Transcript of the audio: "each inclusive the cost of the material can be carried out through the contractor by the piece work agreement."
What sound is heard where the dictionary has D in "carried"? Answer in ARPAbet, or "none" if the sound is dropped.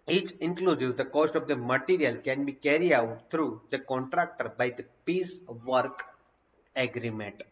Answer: none